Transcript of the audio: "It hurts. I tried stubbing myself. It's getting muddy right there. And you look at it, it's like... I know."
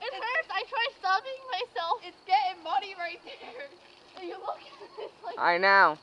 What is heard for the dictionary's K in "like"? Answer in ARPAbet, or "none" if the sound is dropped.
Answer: none